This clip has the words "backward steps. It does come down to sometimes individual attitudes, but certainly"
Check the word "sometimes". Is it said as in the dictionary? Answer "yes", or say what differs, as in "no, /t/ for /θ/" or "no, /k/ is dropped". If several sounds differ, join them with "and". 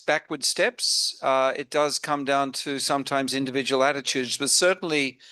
yes